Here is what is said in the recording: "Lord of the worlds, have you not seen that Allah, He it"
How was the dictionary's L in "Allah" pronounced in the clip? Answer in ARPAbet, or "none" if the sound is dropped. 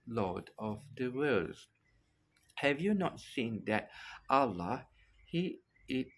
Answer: L